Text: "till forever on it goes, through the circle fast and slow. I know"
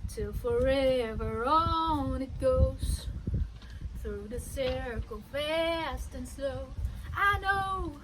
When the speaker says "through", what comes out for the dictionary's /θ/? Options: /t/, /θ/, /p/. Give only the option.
/θ/